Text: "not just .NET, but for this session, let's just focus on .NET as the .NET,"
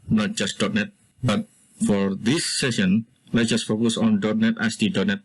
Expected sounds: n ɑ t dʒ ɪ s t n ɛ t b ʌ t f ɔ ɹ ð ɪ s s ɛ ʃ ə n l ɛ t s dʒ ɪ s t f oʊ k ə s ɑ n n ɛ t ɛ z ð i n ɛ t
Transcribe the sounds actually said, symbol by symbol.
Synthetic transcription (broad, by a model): n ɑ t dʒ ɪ s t n ɛ t b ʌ t f ɔ ɹ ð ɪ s s ɛ ʃ ə n l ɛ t dʒ ɪ s t f oʊ k ə s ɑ n n ɛ t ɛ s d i n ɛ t